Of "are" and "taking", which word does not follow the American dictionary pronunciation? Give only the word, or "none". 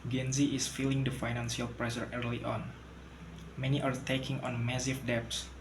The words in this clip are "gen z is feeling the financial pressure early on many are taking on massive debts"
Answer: none